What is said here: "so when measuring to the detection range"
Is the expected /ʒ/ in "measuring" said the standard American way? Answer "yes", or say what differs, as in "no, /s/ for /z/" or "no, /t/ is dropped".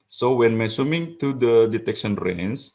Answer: no, /s/ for /ʒ/